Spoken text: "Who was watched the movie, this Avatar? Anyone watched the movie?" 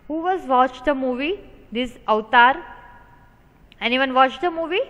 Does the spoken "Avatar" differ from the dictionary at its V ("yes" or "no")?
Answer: yes